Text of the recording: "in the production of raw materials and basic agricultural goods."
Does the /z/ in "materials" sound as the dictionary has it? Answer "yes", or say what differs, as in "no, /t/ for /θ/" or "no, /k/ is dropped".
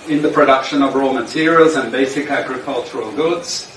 yes